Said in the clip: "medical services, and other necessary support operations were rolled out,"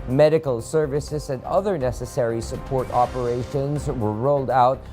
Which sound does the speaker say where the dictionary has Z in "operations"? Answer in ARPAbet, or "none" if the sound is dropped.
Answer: Z